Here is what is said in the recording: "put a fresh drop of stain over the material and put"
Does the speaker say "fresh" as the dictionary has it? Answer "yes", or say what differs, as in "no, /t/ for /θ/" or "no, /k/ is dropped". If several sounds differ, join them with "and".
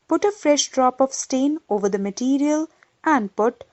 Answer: yes